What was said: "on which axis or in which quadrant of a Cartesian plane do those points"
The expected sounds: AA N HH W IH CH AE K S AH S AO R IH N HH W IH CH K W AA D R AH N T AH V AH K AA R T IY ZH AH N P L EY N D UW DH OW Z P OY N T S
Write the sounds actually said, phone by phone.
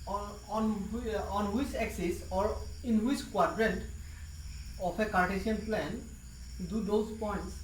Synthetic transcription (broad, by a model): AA N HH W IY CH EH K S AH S AO R IH N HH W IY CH K W AA D R AH N T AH P AH K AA R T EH S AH N P L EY N D UW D OW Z P OY N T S